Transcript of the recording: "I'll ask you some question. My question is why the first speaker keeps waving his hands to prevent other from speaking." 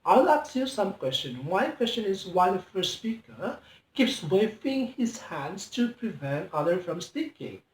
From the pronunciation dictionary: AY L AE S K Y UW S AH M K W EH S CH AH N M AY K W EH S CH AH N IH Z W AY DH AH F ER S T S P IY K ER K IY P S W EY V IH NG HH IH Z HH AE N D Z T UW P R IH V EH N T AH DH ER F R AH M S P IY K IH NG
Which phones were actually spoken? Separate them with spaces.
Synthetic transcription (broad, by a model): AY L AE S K Y UW S AH M K W EH S CH AH N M AY K W EH S CH AH N IH Z W AY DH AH F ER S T S P IY K ER K IY P S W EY F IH NG HH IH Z HH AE N D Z T UW P R IH V EH N T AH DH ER F R AH M S P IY K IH NG